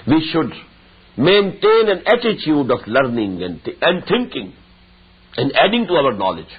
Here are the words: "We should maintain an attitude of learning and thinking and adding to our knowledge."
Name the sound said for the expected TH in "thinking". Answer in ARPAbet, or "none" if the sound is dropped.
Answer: T